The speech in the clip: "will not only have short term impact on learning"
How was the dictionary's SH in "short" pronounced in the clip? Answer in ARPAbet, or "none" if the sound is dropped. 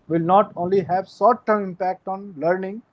S